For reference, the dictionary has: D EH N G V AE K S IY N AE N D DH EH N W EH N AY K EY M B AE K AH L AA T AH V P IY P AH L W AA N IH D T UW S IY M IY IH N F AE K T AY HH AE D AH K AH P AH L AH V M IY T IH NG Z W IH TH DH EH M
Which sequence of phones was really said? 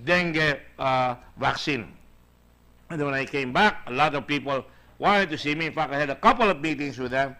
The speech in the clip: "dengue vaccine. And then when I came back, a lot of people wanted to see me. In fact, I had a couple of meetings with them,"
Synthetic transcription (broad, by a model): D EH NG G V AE K S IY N N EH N W EH N AY K EY M B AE K AH L AA T AH V P IY P AH L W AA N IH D T UW S IY M IY IH N F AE K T AY HH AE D AH K AH P AH L AH V M IY T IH NG S W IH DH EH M